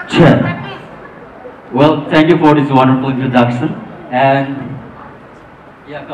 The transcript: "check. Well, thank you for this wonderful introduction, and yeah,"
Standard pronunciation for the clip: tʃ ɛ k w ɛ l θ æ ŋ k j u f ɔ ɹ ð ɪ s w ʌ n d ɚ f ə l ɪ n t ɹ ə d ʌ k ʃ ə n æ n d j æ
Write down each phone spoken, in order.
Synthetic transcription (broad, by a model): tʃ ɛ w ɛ l t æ ŋ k j u f ɔ ɹ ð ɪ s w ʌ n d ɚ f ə l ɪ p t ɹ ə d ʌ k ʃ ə n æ n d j